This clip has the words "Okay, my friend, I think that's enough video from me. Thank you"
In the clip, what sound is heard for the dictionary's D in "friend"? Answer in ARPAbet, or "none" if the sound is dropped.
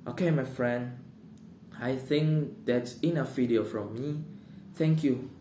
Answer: D